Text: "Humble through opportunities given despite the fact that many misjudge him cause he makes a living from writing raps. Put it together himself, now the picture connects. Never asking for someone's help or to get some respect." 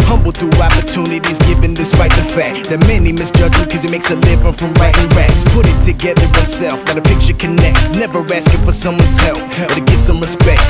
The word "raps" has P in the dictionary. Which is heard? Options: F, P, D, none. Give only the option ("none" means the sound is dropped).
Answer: none